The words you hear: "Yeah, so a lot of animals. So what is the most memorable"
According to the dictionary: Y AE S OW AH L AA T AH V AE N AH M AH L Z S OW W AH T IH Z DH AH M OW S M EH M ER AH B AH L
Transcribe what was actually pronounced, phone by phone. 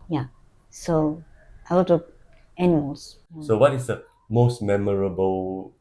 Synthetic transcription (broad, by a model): Y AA S OW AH W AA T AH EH N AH M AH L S S OW W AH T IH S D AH M OW S M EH M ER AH B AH L